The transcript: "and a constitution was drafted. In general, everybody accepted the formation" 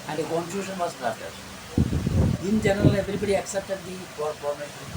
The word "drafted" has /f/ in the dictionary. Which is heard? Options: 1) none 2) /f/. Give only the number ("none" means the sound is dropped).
1